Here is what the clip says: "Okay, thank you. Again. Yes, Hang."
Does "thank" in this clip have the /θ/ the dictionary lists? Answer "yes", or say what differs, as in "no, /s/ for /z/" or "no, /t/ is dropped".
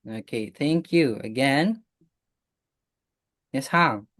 yes